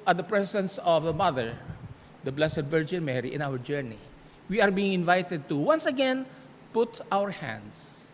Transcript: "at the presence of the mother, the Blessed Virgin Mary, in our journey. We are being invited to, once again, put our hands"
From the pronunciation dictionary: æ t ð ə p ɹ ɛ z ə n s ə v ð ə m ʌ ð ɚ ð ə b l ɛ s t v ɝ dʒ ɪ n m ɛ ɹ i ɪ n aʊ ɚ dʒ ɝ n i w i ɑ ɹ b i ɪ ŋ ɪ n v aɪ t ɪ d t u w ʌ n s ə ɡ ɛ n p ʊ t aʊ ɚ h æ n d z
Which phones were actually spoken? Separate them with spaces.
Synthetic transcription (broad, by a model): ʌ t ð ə p ɹ ɛ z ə n s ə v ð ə m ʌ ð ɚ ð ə b l ɛ s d v ɝ dʒ ɪ n m ɛ ɹ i ɪ n aʊ ɚ dʒ ɝ n i w i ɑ ɹ b i ɪ ŋ ɪ n v aɪ t ɪ d t u w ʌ n s ə ɡ ɛ n p ʊ t aʊ ɚ h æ n d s